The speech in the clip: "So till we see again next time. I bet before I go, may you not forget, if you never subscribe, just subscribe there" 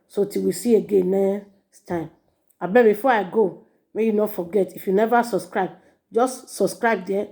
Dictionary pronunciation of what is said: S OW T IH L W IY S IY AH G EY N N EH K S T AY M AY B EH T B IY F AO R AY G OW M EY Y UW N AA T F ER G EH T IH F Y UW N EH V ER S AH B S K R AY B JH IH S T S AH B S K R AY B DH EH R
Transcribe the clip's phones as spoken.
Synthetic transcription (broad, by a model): S OW T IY W IY S IY AH G EY N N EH S T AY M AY B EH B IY F AO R AY G OW M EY Y UW N AA T F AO G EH T IH F Y UW N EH V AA S AH B S K R AY B JH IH S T S AH B S K R AY B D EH